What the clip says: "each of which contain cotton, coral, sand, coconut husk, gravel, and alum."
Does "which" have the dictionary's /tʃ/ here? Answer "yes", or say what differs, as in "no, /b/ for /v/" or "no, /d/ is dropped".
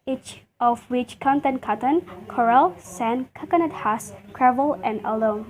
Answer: yes